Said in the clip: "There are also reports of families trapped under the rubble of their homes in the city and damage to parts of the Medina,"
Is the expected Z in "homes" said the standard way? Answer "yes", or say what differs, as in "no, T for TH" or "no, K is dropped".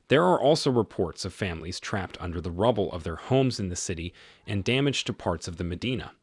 yes